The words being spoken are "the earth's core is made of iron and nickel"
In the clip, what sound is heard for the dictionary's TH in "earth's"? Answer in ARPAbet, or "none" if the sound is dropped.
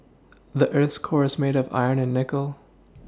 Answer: TH